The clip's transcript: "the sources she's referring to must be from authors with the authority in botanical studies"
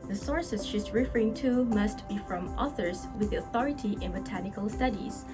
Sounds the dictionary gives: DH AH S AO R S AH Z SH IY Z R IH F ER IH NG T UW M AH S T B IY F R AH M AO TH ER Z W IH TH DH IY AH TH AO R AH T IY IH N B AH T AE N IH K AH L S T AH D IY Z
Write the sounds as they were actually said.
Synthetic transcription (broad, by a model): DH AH S AO R S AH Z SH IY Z R IH F ER IH NG T UW M AH S T B IY F R AH M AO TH ER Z W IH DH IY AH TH AO R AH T IY IH N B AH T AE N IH K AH L S T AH D IY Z